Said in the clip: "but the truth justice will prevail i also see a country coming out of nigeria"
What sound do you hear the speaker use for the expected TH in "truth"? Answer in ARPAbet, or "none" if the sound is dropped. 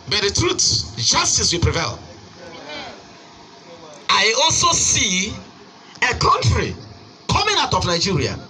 S